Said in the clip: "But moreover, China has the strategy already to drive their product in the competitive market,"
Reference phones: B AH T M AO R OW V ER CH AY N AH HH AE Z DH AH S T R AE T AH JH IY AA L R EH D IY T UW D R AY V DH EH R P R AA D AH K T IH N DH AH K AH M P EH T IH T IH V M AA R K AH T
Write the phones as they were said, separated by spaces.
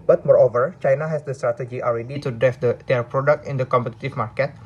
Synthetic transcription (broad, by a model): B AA T M AO R OW V ER CH AY N AH HH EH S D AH S T R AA T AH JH IY AA L R EH D IY T UW D R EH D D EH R P R AA D AH K T IH N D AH K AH M P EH T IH T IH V M AA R K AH T